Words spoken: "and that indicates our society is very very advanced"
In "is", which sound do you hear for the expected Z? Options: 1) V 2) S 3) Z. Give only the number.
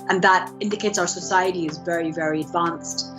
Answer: 3